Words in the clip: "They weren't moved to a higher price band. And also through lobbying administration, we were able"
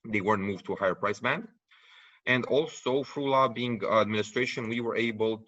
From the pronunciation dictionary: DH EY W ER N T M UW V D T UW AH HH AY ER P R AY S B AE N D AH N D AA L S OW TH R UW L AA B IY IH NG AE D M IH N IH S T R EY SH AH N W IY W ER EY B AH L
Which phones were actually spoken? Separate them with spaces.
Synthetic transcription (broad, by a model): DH EY W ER N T M UW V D T UW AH HH AY ER P R AY S B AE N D AH N D AA L S OW F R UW L AA B IY IH NG AE D M IH N IH S T R EY SH AH N W IY W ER EY B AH L